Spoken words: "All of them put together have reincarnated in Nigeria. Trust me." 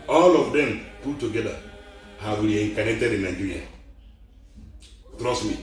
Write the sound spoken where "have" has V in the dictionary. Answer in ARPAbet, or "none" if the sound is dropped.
W